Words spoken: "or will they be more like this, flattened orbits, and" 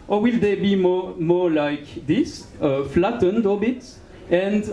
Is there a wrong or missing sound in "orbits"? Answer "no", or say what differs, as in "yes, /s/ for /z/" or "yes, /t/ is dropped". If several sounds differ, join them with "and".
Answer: yes, /l/ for /ɹ/